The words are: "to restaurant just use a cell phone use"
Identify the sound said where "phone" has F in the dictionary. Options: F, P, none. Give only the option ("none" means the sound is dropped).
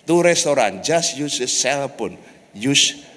P